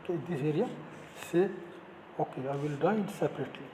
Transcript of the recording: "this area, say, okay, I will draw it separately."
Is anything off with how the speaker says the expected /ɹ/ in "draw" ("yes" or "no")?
yes